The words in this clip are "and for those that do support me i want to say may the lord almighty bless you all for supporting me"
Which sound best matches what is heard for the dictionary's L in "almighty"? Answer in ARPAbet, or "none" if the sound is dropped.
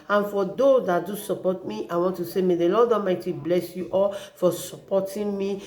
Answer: none